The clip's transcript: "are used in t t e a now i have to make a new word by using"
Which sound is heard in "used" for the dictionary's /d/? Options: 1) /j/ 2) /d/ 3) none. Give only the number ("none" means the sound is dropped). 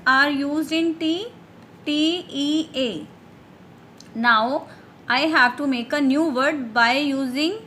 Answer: 3